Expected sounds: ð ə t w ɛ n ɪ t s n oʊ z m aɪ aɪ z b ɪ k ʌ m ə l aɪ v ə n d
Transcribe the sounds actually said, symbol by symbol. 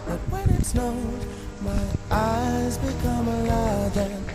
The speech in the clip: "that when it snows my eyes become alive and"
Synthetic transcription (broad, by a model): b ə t w ɛ n ɪ t s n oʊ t m aɪ aɪ z b ɪ k ʌ m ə l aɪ ə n